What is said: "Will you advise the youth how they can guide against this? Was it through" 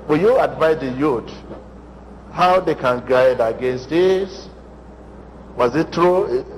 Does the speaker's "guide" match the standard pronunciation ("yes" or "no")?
yes